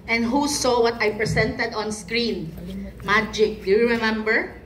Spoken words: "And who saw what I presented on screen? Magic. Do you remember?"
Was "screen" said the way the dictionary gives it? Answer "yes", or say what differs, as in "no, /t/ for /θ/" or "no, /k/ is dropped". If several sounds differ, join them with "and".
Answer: yes